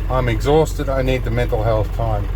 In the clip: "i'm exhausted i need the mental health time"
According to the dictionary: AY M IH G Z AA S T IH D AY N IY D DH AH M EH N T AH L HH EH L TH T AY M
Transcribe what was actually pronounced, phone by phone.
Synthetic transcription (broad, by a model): AY M IH G Z AA S T IH D AY N IY D DH AH M EH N T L HH EH L TH T AY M